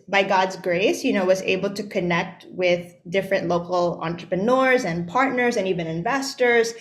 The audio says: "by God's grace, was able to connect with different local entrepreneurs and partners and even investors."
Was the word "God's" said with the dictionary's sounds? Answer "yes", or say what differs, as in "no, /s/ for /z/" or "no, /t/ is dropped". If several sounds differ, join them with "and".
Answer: yes